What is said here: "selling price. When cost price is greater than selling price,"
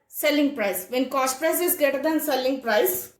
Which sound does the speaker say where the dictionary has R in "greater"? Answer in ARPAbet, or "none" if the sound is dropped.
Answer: none